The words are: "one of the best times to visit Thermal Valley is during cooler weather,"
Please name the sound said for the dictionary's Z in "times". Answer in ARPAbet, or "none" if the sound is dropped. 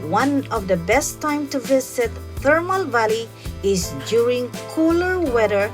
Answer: none